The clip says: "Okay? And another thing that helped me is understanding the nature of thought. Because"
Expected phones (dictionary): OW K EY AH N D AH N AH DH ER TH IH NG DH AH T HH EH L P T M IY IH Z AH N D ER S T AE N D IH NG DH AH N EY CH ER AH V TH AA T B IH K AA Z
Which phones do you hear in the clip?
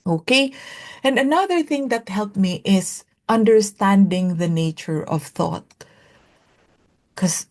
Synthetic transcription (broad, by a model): OW K EY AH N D AH N AH DH ER TH IH NG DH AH T HH EH L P M IY IH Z AH N D ER S T AE N D IH NG DH AH N EY CH ER AH V TH AA T K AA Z